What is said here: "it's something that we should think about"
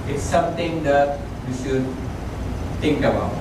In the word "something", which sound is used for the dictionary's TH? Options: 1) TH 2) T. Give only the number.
2